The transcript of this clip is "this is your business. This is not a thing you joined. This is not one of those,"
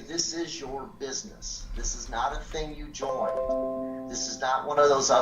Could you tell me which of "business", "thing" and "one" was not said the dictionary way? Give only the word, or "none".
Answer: none